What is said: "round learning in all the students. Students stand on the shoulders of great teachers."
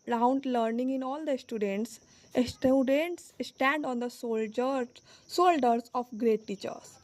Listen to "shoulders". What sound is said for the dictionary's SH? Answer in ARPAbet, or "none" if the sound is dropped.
S